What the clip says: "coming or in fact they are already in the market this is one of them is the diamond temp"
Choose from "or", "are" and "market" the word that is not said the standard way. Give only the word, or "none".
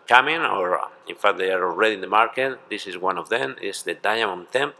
none